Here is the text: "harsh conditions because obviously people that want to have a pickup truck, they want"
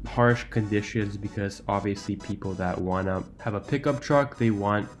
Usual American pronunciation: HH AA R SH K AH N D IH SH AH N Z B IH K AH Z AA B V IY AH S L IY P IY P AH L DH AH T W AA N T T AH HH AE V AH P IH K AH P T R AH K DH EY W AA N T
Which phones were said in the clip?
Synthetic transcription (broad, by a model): HH AA R SH K AH N D IH SH AH N Z B IH K AH Z AA B V IY AH S L IY P IY P L DH AH T W AA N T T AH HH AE V AH P IH K AH P T R AH K DH EY W AA N T